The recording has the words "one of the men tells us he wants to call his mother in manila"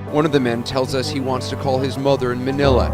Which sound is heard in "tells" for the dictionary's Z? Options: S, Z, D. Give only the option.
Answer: Z